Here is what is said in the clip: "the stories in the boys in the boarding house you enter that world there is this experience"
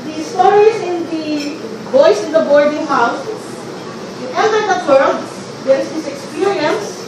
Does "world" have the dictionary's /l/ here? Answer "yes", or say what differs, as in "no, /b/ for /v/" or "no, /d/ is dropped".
no, /l/ is dropped